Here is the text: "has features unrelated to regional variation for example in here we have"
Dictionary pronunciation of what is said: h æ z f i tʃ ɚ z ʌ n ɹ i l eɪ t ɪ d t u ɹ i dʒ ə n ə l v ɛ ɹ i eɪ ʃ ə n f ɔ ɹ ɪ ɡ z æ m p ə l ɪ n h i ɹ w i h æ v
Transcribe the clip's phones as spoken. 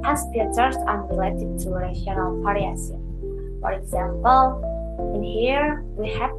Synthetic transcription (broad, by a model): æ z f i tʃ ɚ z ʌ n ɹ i l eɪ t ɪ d t u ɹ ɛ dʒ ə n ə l p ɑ ɹ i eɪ s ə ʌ f ɔ ɹ ɪ ɡ z æ m p ə l ɪ n h i ɹ w i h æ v